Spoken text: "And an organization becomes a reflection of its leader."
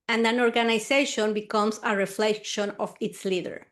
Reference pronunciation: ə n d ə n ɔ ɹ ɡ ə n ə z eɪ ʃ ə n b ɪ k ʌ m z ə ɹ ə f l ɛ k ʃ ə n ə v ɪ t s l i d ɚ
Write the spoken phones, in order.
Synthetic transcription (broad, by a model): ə n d ə n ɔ ɹ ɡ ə n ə s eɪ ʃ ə n b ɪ k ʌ m s ə ɹ ə f l ɛ k ʃ ə n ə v ɪ t s l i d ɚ